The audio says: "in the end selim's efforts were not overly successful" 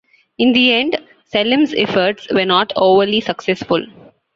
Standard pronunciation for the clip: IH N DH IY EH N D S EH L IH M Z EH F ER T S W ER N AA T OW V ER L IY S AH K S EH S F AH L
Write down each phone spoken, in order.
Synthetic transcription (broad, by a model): IH N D IY EH N D S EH L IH M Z EH F ER T S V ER N AA T OW V ER L IY S AH K S EH S F AH L